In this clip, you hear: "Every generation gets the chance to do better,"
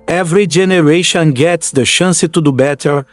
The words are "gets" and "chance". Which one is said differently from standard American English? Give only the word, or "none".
chance